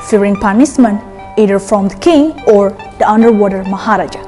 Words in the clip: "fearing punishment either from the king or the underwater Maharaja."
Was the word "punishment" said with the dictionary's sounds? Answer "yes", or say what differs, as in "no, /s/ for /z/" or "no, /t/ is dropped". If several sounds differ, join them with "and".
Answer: no, /s/ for /ʃ/